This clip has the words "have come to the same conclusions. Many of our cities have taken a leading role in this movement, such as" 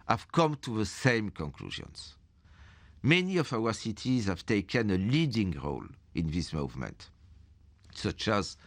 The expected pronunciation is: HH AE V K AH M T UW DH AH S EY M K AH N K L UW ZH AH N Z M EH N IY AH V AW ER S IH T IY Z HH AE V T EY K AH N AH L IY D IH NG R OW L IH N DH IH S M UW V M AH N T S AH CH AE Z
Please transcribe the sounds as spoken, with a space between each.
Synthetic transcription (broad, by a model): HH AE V K AH M T UW DH AH S EY M K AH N K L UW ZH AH N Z M EH N IY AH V AW ER S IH T IY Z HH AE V T EY K AH N AH L IY D IH NG R OW L IH N DH IH S M UW V M AH N T S AH CH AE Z